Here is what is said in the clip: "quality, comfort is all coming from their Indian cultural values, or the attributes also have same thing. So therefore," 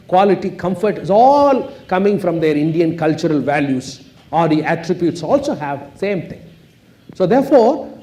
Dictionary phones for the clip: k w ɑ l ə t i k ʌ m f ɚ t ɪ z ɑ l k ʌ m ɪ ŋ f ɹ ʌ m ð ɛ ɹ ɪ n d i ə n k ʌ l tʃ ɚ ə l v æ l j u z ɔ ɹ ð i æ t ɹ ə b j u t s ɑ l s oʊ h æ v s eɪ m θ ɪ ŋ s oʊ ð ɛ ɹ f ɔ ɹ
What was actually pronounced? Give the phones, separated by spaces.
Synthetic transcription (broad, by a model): k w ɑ l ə t i k ʌ m f ɚ t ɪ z ɑ l k ʌ m ɪ ŋ f ɹ ʌ m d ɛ ɹ ɪ n d i ə n k ʌ l tʃ ɚ ə l v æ l j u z ɔ ɹ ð i æ t ɹ ə b j u t s ɑ l s oʊ h æ v s eɪ m t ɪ ŋ s oʊ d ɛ ɹ f ɔ ɹ